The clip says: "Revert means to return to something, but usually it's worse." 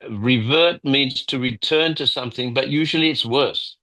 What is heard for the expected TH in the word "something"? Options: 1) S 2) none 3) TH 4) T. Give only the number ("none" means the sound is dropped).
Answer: 3